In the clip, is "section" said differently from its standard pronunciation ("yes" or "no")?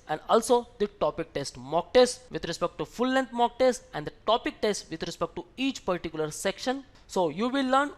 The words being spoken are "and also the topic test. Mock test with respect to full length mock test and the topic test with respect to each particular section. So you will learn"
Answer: no